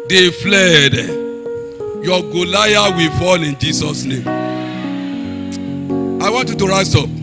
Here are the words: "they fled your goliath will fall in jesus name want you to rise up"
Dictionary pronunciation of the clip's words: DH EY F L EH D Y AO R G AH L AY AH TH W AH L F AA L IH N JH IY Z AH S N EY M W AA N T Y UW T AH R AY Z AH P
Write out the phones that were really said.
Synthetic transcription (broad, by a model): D EY F L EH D Y AO G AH L AY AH W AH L F AA L IH N JH IY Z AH S N EY M W AA N T Y UW T AH R AY S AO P